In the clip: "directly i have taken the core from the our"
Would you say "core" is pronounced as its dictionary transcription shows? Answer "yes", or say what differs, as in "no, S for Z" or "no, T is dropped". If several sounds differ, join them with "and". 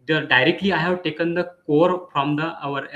yes